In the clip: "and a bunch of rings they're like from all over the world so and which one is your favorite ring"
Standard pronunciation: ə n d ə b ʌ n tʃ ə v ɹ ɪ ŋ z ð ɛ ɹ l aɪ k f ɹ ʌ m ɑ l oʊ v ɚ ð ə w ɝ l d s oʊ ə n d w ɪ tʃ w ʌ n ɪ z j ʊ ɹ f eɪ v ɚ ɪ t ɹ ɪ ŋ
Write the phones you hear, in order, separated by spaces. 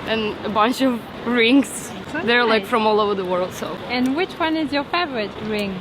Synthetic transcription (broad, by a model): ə n ə b ʌ n tʃ ə v ɹ ɪ ŋ z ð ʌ ɹ l aɪ k f ɹ ʌ m ɑ l oʊ v ɚ ð ə w ɝ l d s oʊ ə n w ɪ tʃ w ʌ n ɪ z j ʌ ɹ f eɪ v ɚ ɪ t ɹ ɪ ŋ